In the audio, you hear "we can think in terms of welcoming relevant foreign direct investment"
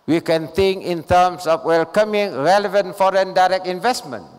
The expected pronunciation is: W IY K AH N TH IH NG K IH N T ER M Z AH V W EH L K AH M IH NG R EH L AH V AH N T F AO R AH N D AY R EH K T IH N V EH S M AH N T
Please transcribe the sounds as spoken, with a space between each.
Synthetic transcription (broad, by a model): W IY K AH N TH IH NG K IH N T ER M S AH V W EH L K AH M IH NG R EH L AH V AH N T F AO R AH N D AY R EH K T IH N V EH S M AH N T